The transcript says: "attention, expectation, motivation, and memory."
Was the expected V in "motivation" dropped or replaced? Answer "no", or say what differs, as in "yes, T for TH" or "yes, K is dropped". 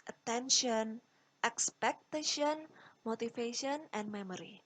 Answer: yes, F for V